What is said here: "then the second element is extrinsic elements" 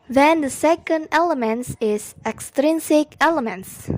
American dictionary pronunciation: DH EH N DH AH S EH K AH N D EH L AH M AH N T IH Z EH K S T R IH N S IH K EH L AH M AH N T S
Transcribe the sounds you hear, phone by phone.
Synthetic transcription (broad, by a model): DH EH N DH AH S EH K AH N D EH L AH M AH N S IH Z EH K S T R IH N S IH K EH L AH M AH N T S